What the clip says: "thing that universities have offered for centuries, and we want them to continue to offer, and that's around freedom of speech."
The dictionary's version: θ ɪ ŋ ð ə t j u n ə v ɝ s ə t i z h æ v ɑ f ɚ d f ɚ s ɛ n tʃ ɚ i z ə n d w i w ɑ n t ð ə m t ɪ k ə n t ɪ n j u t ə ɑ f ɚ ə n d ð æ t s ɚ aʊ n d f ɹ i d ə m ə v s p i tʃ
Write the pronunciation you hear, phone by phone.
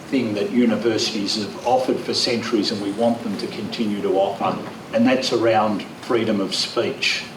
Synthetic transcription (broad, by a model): θ ɪ ŋ ð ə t j u n ə v ɝ s ə t i z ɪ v ɑ f ɚ d f ɚ s ɛ n tʃ ɚ i z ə n w i w ɑ n ð ə m t ɪ k ə n t ɪ n j u t ə ɑ f ɚ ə n ð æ t s ɚ aʊ n d f ɹ i d ə m ə v s p i tʃ